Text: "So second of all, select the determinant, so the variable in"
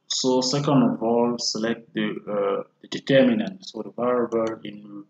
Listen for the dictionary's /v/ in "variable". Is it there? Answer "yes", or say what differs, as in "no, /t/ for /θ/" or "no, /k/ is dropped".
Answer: no, /b/ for /v/